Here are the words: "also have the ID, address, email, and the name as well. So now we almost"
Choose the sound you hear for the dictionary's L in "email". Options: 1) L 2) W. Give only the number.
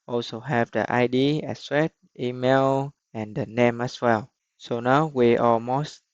1